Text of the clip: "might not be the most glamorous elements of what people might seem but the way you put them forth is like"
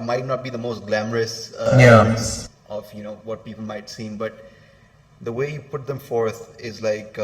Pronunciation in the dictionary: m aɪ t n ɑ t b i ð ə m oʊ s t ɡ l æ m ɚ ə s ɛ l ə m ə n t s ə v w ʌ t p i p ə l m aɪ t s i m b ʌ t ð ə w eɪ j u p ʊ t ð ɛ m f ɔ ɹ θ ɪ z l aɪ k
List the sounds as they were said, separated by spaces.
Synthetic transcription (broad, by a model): m aɪ t n ɑ t b i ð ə m oʊ s t ɡ l æ m ɚ ə s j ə ə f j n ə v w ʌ t p i p ə l m aɪ t s i m b ʌ t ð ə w eɪ j u p ʊ t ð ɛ m f ɔ ɹ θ ɪ z l aɪ k